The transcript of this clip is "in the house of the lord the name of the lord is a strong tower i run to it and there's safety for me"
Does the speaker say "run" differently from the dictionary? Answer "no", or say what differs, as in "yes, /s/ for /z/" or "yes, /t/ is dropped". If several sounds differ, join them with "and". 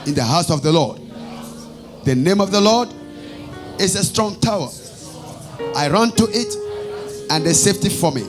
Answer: no